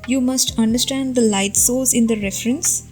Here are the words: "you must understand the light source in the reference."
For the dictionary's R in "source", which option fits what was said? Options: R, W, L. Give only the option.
L